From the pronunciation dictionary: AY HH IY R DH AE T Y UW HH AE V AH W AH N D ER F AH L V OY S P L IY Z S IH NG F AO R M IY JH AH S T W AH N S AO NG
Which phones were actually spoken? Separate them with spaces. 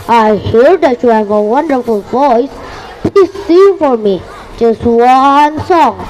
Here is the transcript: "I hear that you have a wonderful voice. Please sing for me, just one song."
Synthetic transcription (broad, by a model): AY HH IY R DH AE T Y UW HH AE V AH W AH N D ER F AH L V OY S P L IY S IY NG F AO R M IY JH AH S T W AH N S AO NG